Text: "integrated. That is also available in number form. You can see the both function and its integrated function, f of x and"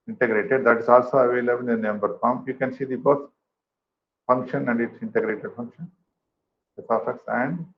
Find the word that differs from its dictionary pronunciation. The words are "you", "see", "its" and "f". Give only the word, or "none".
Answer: f